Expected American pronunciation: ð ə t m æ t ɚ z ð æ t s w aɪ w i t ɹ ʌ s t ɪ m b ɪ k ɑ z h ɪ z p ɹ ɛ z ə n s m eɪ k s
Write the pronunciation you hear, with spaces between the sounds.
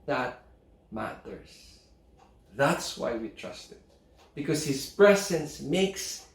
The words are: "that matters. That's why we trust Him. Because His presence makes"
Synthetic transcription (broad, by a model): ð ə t m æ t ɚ s ð æ t s w aɪ w i t ɹ ʌ s t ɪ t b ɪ k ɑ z h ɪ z p ɹ ɛ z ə n s m eɪ k s